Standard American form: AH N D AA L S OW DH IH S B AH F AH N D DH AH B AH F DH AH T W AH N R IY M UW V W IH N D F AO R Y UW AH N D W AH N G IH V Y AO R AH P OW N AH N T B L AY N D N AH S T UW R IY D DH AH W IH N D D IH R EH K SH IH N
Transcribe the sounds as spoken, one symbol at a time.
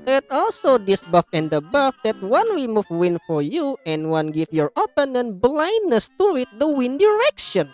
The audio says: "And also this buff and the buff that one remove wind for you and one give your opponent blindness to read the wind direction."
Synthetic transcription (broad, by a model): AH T AA L S OW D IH S B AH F AH N D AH B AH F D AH T W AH N W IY M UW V W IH N F AO R Y UW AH N W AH N G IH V Y AO R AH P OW N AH N B L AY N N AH S T UW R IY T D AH W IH N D D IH R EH K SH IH N